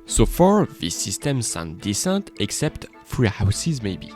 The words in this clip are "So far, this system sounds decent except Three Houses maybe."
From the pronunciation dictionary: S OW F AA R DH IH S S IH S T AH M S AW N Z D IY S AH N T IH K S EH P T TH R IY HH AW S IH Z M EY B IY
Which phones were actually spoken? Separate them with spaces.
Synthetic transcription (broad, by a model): S OW F AA R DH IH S S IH S T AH M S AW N D IY S AH N T IH K S EH P T F R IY HH AW S IH Z M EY B IY